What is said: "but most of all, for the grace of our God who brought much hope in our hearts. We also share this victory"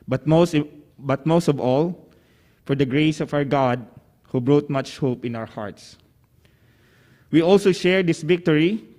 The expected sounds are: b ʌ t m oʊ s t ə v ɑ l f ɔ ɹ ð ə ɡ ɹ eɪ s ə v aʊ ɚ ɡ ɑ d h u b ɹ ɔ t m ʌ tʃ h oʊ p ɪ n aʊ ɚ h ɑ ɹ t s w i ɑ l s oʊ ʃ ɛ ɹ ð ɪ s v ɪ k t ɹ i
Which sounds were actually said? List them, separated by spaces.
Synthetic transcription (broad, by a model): b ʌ t m oʊ s t ə v ɑ l f ɔ ɹ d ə ɡ ɹ eɪ s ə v aʊ ɚ ɡ ɑ d h u b ɹ ɔ t m ʌ tʃ h oʊ p ɪ n aʊ ɚ h ɑ ɹ t s w i ɑ l s oʊ ʃ ɛ ɹ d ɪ s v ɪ k t ɹ i